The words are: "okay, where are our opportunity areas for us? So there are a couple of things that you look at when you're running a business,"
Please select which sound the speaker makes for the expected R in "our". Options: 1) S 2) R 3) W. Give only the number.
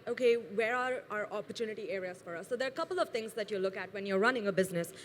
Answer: 2